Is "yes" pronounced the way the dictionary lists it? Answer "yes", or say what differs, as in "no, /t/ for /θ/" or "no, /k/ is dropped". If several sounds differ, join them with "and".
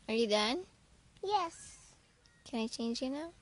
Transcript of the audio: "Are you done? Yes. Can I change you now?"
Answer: yes